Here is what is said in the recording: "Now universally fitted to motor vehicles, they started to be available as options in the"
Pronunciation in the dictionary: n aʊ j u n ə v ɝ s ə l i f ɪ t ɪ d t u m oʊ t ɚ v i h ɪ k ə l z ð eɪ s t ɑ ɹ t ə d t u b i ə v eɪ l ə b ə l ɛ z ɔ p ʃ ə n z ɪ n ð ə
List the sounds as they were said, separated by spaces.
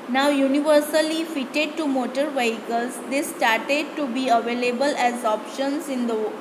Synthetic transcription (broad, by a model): n aʊ j u n ə v ɝ s ə l i f ɪ t ɪ d t u m oʊ t ɚ v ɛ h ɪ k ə l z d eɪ s t ɑ ɹ t ə d t u b i ə v eɪ l ə b ə l ɛ z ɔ p ʃ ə n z ɪ n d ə